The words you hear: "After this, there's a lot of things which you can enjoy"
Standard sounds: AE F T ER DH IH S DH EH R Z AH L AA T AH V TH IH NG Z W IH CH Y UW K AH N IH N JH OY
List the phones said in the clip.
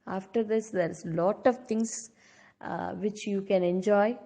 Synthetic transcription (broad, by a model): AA F T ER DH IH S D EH R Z L AA T AH V T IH NG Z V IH CH Y UW K AH N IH N JH OY